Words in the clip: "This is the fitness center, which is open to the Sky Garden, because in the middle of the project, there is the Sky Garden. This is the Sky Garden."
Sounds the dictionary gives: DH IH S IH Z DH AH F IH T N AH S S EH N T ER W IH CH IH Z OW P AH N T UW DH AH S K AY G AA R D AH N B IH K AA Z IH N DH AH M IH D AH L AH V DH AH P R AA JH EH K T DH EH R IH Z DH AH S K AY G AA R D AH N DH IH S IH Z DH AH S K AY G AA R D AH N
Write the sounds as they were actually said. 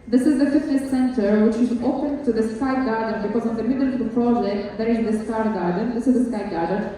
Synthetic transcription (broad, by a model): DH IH S IH Z DH AH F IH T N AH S S EH N T ER W IH CH IH Z OW P AH N T UW DH AH S K AY G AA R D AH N B IH K AA Z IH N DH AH M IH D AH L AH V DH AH P R AA JH EH K T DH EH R IH Z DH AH S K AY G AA R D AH N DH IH S IH Z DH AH S K AY G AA R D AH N